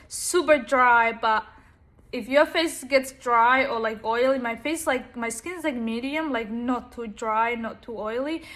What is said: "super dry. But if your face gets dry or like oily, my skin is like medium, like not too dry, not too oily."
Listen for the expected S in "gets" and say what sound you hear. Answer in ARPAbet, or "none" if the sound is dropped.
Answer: S